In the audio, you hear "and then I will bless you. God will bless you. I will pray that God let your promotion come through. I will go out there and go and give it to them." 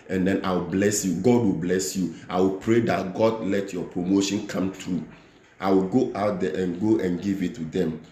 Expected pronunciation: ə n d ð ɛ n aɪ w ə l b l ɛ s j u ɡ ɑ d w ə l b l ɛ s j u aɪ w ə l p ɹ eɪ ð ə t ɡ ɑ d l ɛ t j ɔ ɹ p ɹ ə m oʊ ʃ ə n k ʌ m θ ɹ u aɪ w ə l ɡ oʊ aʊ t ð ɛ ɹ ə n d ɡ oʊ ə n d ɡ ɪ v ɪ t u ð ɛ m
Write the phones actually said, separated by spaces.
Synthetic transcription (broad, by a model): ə n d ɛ n aɪ w ə l b l ɛ s j u ɡ ɑ d w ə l b l ɛ s j u aɪ w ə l p ɹ eɪ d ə t ɡ ɑ d l ɛ t j ɔ p ɹ ə m oʊ ʃ ə n k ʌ m t ɹ u aɪ w ə l ɡ oʊ aʊ t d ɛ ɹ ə n ɡ oʊ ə n ɡ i v ɪ t u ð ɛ m